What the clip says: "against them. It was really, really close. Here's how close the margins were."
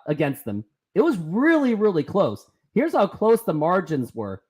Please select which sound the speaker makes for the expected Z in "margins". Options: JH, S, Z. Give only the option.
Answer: Z